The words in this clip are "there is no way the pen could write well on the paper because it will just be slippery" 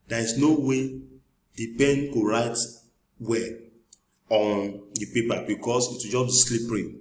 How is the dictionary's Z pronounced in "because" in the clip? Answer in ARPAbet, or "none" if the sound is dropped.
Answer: S